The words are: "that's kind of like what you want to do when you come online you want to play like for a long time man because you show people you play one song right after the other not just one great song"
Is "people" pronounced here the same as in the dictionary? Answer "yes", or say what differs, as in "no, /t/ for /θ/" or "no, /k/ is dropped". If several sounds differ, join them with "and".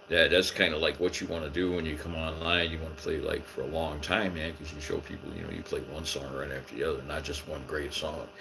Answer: no, /n/ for /l/